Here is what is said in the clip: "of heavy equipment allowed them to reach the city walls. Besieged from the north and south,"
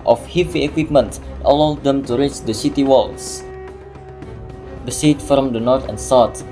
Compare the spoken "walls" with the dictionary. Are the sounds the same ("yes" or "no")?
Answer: no